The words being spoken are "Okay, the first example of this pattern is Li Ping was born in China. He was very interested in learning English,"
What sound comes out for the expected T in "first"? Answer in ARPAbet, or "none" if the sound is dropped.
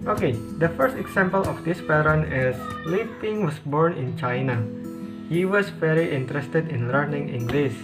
T